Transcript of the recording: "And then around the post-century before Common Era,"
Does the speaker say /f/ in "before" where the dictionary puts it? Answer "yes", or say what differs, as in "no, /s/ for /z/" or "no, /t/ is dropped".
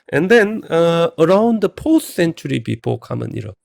no, /p/ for /f/